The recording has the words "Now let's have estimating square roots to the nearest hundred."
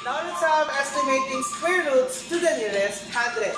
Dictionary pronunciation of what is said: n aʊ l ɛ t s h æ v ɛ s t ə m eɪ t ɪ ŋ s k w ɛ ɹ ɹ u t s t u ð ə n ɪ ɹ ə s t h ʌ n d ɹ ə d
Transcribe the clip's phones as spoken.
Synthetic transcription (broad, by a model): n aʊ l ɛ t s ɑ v ɛ s t ə m eɪ t ɪ ŋ s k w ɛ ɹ ɹ u t s t u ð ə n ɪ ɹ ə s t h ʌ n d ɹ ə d